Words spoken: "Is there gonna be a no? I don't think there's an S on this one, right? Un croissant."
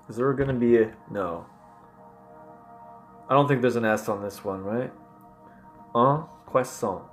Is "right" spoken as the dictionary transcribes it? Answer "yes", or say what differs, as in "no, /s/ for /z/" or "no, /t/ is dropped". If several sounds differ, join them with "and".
yes